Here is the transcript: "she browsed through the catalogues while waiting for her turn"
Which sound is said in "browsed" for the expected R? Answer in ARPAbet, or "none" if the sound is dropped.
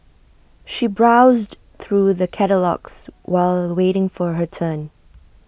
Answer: R